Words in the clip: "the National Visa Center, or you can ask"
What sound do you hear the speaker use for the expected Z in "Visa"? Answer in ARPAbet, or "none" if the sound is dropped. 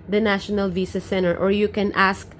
S